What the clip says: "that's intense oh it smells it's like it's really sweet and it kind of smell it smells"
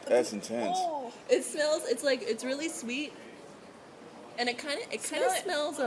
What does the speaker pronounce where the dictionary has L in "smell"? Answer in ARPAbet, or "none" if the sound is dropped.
N